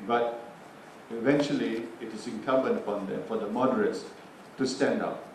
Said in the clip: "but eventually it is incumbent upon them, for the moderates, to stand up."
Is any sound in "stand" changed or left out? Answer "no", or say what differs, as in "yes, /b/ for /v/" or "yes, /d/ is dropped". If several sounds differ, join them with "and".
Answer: no